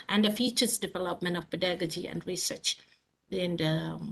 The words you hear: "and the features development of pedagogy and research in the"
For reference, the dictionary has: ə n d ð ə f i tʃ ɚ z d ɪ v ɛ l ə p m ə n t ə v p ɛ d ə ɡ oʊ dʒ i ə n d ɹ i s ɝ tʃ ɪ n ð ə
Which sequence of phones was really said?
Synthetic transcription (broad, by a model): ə n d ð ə f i tʃ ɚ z d ɪ v ɛ l ə p m ə n t ə v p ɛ d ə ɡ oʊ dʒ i ə n d ɹ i s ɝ tʃ ɪ n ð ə